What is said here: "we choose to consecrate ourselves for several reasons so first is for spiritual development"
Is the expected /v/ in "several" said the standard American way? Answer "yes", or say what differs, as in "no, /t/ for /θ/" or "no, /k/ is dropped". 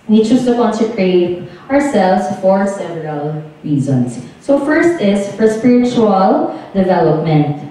yes